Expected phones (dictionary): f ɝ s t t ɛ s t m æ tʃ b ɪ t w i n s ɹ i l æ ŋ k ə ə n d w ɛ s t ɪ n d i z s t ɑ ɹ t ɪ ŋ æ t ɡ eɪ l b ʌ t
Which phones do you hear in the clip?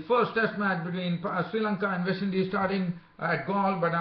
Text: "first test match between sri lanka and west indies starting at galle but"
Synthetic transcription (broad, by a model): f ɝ s t t ɛ s t m æ tʃ b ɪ t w i n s ɹ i l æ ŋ k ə ə n d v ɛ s ɪ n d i s t ɑ ɹ t ɪ ŋ æ t ɡ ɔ l b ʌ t